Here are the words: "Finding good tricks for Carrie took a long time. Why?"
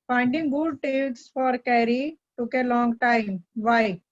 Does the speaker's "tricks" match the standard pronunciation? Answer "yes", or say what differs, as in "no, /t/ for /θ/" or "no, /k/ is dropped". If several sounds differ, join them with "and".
no, /ɹ/ is dropped